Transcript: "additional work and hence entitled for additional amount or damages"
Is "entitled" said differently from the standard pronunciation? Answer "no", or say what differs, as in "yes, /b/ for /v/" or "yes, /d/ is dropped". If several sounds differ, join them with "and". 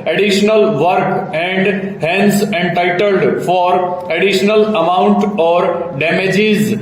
no